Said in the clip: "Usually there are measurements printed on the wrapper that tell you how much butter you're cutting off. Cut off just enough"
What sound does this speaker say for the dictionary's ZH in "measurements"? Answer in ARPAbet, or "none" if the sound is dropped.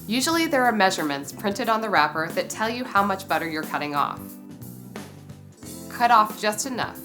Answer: ZH